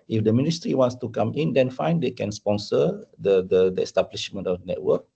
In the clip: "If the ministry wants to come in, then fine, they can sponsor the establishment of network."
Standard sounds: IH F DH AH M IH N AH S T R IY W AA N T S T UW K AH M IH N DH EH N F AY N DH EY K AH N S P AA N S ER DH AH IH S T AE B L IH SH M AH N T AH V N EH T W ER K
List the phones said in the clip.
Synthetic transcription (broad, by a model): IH F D AH M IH N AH S T R IY W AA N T S T UW K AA M IH N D EH N F AY N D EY K AH N S P AA N S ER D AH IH S T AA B L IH SH M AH N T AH F N EH T W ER K